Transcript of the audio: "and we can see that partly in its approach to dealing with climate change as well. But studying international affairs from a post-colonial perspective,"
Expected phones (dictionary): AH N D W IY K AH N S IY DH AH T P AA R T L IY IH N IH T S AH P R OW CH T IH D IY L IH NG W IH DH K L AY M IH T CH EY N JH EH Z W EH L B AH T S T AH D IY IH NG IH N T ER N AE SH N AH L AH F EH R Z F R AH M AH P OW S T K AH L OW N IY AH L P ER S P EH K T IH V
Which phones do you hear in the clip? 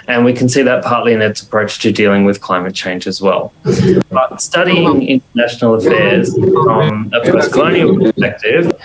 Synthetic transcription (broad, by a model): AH N W IY K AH N S IY DH AH T P AA R T L IY IH N IH T S AH P R OW CH T IH D IY L IH NG W IH DH K L AY M IH T CH EY N JH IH Z W EH L B AH T S T AH D IY IH NG IH N T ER N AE SH N L AH F EH R Z F R AH M AH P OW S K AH L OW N IY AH L P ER S P EH K T IH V